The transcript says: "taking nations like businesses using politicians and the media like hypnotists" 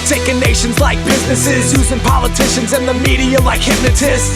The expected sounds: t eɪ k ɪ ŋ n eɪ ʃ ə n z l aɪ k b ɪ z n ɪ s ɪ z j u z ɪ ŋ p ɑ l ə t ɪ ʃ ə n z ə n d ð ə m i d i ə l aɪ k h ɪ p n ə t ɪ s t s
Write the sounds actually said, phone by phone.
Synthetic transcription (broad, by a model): t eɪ k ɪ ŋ n eɪ ʃ ə n z l aɪ k b ɪ z n ɪ s ɪ z j u z ɪ ŋ p ɑ l ə t ɪ ʃ ə n z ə n ð ə m i d i ə l aɪ k h ɪ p n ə t ɪ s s